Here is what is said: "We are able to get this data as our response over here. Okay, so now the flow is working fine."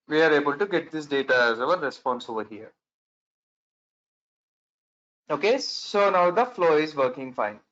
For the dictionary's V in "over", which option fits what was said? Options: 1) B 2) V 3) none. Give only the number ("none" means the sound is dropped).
2